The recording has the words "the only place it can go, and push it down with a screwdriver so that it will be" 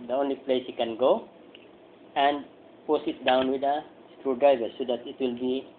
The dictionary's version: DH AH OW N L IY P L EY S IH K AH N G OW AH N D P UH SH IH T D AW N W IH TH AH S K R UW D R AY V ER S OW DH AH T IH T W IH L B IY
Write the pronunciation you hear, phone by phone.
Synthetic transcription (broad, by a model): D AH OW N L IY P L EY S IH K AH N G OW AH N D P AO S IH T D AW N W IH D AH S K R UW D R AY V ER S OW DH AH T IH T W IH L B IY